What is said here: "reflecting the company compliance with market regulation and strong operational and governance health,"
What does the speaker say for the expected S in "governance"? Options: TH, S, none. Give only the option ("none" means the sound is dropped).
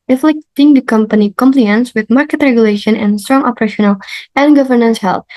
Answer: S